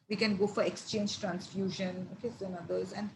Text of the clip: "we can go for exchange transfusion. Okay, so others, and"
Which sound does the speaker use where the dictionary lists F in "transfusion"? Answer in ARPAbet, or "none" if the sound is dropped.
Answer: F